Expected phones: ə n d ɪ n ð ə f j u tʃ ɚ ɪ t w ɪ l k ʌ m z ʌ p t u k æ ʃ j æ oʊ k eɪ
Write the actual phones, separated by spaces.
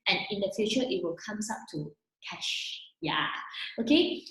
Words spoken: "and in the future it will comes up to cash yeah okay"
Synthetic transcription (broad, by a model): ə n ɪ n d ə f j u tʃ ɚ ɪ t w ɪ l k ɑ m s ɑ p t u k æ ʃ j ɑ oʊ k eɪ